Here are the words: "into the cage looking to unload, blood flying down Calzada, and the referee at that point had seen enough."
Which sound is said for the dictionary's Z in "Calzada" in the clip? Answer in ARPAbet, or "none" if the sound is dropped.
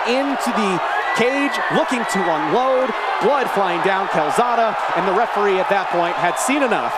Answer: Z